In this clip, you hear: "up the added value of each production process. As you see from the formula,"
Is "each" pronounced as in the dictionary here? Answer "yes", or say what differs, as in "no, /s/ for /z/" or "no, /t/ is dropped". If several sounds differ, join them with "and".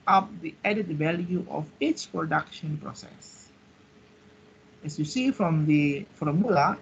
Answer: no, /s/ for /tʃ/